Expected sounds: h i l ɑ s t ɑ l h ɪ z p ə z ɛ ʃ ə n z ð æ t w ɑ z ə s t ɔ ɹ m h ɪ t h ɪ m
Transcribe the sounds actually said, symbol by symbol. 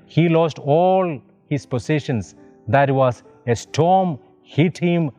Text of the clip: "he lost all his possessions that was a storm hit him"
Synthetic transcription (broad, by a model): h i l ɑ s t ɑ l h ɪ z p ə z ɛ ʃ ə n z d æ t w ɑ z ə s t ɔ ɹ m h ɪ t h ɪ m